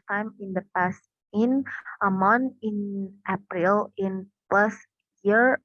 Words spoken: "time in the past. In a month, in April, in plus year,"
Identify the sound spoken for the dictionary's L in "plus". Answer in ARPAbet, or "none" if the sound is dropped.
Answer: none